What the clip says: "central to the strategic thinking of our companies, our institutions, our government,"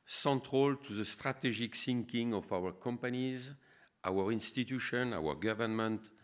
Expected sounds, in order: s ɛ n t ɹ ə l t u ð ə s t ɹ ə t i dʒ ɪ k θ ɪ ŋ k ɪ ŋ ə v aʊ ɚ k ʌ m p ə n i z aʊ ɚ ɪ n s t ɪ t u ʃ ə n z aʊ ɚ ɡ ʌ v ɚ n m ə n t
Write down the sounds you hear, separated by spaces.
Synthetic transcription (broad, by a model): s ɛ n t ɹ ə l t u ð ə s t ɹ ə t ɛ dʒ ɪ k s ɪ ŋ k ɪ ŋ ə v aʊ ɚ k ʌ m p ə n i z aʊ ɚ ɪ n s t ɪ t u ʃ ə n aʊ ɚ ɡ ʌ v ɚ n m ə n t